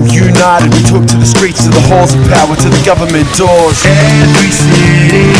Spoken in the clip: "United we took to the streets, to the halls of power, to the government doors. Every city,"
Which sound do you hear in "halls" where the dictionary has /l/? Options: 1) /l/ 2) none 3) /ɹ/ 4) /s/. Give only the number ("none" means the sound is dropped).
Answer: 2